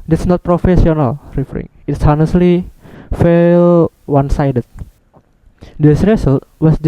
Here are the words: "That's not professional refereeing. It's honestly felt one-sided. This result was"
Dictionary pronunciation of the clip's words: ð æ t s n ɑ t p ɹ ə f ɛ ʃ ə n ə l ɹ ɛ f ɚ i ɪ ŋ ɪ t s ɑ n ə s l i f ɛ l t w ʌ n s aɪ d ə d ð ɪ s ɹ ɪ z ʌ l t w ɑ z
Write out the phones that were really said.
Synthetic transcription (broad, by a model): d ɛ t s n ɑ t p ɹ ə f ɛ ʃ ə n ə l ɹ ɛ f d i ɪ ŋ ɪ t s ɑ n ə s l i f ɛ l w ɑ n s aɪ d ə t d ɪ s ɹ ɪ s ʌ l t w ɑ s